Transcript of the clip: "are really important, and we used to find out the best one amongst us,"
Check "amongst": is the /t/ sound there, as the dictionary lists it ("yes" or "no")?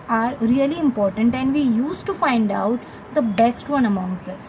no